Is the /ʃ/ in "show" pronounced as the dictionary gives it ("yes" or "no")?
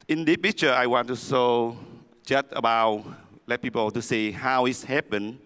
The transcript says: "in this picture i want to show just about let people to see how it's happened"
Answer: no